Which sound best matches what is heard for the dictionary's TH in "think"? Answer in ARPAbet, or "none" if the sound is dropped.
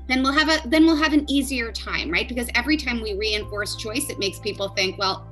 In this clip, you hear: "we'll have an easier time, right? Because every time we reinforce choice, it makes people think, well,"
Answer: TH